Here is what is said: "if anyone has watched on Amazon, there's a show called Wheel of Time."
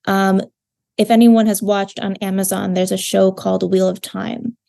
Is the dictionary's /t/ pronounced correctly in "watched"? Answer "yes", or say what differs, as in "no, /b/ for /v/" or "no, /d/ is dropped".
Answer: yes